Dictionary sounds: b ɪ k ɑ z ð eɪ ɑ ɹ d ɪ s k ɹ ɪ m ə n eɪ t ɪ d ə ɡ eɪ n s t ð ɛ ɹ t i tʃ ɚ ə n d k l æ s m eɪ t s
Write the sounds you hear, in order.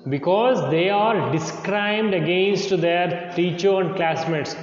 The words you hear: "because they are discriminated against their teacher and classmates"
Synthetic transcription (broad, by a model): b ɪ k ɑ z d eɪ ɑ ɹ d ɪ s k ɹ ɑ ə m d ə ɡ eɪ n s t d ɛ ɹ t i tʃ ɚ ə n d k l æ s m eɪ t s